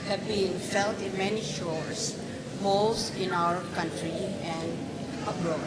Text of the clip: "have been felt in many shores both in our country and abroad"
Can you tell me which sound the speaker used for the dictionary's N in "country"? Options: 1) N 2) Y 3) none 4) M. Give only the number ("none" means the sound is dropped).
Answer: 1